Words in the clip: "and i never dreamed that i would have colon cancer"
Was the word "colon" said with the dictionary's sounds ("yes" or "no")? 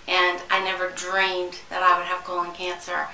no